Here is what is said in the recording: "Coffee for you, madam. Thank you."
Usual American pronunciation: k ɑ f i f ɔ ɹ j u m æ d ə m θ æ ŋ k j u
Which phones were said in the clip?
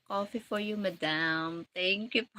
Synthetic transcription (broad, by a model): k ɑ f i f ɔ ɹ j u m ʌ d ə m t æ ŋ k j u